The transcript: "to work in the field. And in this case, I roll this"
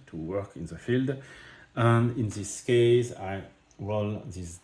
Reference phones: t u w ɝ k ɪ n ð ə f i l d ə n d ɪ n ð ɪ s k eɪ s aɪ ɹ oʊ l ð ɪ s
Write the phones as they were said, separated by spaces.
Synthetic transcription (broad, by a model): t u w ɝ k ɪ n ð ə f i l d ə n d ɪ n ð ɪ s k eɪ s aɪ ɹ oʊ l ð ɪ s